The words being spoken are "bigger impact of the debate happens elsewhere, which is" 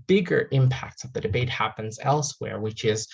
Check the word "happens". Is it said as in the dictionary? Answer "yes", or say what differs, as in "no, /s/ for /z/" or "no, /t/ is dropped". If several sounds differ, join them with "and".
yes